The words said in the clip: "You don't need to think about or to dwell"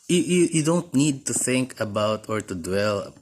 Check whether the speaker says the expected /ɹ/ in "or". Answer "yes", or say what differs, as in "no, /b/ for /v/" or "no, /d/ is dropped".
yes